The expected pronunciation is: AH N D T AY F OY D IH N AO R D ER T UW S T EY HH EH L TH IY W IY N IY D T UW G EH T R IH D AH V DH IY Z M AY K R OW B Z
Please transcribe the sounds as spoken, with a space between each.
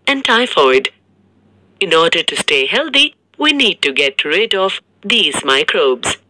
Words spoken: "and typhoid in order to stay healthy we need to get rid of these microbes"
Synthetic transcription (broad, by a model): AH N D T AY F OY D IH N AO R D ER T UW S T EY HH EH L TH IY W IY N IY D T UW G EH T R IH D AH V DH IY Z M AY K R OW B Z